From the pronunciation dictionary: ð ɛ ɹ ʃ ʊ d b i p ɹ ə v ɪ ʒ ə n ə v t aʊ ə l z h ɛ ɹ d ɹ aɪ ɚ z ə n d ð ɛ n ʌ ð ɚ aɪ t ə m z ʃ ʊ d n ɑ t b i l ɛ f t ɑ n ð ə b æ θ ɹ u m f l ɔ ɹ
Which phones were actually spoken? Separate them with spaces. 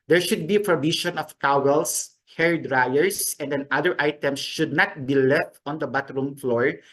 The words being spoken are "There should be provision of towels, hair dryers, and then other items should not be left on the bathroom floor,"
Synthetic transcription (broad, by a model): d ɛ ɹ ʃ ʊ d b i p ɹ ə b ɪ ʃ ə n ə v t aʊ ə l s h ɛ ɹ d ɹ aɪ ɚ s ə n d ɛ n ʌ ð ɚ aɪ t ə m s ʃ ʊ d n ɑ t b i l ɛ f t ɑ n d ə b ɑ t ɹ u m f l ɔ ɹ